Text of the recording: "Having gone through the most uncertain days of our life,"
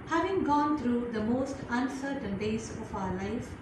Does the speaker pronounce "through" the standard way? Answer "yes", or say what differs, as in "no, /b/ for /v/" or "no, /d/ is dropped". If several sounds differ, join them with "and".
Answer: no, /t/ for /θ/